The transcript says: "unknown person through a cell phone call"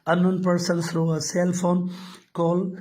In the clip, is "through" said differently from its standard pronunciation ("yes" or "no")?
yes